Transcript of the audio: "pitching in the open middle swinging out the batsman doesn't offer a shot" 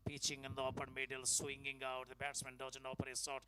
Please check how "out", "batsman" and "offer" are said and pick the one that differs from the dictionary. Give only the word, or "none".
offer